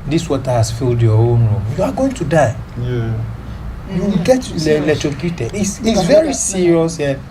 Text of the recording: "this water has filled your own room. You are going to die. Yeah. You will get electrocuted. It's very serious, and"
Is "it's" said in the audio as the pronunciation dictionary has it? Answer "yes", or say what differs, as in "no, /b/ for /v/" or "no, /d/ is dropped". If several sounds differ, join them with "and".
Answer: no, /s/ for /t/